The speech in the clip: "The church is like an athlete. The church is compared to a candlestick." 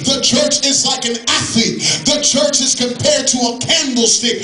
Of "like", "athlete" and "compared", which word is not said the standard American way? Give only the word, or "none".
athlete